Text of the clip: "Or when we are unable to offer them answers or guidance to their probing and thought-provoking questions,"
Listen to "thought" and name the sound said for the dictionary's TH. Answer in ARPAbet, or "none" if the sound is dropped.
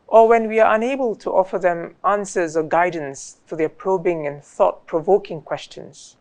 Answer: TH